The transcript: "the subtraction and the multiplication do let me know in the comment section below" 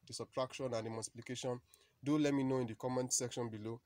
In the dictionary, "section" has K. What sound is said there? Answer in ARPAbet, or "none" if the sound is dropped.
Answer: K